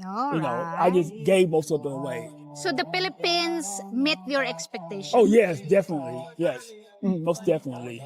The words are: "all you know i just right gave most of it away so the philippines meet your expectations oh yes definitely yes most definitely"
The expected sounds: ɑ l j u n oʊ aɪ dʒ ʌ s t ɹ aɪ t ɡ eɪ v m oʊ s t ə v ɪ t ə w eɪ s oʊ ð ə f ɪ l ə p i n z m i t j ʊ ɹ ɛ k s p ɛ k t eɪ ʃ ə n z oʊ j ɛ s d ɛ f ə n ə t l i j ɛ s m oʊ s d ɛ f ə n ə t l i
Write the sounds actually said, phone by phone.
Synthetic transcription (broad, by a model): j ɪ n oʊ aɪ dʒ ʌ s ɡ eɪ v m oʊ s t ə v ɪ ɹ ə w eɪ s oʊ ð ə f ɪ l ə p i n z m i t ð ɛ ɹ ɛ k s p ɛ k t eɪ ə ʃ oʊ j ɛ s d ɛ f ə n ə t l i j ɛ s m oʊ s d ɛ f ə n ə t l i